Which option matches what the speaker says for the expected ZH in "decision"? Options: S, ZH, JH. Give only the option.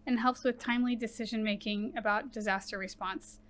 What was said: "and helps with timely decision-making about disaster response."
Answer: ZH